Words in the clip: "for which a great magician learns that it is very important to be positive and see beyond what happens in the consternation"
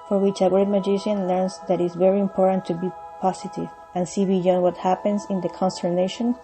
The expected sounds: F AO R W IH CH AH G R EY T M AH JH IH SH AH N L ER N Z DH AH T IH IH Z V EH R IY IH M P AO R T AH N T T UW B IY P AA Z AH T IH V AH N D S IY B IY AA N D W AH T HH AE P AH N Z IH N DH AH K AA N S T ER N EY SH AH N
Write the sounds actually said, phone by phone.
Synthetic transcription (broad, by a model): F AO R W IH CH AH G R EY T M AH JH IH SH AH N L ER N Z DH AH T IH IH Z V EH R IY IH M P AO R T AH N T T UW B IY P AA S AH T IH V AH N S IY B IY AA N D W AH T HH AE P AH N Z IH N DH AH K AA N S T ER N EY SH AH N